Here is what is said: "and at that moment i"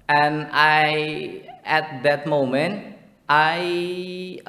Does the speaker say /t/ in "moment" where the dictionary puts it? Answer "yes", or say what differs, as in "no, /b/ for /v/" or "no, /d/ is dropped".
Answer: yes